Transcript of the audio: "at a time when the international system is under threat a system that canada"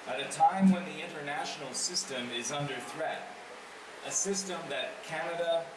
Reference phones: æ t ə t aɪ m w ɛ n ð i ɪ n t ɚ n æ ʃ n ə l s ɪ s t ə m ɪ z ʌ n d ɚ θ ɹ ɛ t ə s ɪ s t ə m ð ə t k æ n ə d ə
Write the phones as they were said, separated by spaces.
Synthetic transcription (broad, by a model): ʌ t ə t aɪ m w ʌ n ð i ɪ n t ɚ n æ ʃ n l s ɪ s t ə m ɪ z ʌ n d ɚ θ ɹ ɛ t ə s ɪ s t ə m ð ə t k æ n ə d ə